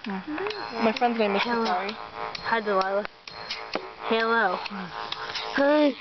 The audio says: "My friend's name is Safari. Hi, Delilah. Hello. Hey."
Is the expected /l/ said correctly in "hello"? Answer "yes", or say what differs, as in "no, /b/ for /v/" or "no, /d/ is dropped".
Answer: yes